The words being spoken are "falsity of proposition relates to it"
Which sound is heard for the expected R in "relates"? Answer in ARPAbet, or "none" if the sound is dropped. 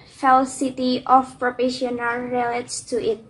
L